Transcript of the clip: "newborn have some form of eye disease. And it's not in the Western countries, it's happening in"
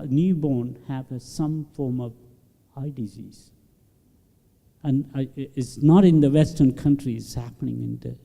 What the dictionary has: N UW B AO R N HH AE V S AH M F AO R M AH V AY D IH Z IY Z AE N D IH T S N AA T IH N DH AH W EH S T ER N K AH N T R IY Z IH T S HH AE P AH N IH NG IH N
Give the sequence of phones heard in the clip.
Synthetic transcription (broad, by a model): N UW B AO N HH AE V S AH M F AO R M AH V AY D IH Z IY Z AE N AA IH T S N AA T IH N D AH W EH S T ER N K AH N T R IY IH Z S HH AE P AH N IH NG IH N